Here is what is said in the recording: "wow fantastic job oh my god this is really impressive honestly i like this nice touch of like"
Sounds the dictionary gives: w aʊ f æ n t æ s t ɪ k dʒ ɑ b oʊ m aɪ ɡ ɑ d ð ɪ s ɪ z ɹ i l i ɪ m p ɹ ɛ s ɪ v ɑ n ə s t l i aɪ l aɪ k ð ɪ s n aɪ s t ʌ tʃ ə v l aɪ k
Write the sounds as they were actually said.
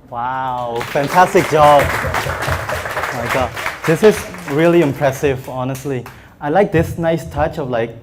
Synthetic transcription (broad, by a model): w aʊ f æ n t æ s t ɪ k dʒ ɑ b m aɪ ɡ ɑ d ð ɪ s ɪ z ɹ i l i ɪ m p ɹ ɛ s ɪ v ɑ n ə s t l i aɪ l aɪ k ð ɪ s n aɪ s t ʌ tʃ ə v l aɪ k